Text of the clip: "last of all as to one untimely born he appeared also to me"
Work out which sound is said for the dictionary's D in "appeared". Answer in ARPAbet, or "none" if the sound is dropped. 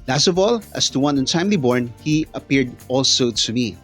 D